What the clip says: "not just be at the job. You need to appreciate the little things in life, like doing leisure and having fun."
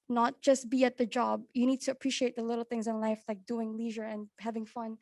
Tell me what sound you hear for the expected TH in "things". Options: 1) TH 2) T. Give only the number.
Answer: 1